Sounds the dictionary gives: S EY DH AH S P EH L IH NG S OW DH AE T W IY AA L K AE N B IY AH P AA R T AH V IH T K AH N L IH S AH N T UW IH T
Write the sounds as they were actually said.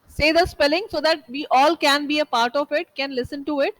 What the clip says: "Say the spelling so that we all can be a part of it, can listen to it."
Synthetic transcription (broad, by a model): S EY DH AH S P EH L IH NG S OW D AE T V IY AA L K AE N B IY AH P AA R T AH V IH T K AH N L IH S AH N T UW IH T